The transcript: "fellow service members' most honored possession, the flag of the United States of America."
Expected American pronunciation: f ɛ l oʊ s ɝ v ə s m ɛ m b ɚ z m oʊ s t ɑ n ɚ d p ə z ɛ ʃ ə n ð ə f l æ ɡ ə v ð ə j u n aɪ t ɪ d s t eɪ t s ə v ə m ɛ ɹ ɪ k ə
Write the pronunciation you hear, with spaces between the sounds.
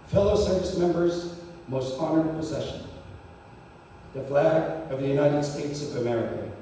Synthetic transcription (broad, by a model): f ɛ l oʊ s ɝ v ə s m ɛ m b ɚ z m oʊ s t ɑ n ɚ d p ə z ɛ ʃ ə n ð ə f l æ ɡ ə v ð ə j u n aɪ t ɪ d s t eɪ t s ə v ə m ɛ ɹ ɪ k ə